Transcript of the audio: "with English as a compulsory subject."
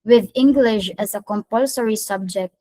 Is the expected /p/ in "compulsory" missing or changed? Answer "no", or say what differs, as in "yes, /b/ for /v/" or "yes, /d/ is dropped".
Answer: no